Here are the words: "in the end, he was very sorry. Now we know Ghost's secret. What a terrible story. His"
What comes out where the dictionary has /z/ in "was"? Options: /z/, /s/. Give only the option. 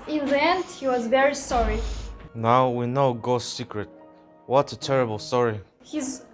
/z/